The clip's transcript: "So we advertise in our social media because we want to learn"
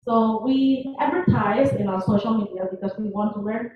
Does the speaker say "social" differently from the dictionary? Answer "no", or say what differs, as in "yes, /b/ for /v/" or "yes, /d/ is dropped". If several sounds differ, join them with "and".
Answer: no